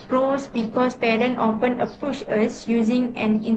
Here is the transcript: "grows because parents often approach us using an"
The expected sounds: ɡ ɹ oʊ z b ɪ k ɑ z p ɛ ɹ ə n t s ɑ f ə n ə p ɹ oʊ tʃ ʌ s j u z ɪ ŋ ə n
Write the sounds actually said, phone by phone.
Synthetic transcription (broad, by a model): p ɹ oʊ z b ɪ k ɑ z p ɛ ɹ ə n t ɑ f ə n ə p u ʃ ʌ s j u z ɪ ŋ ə n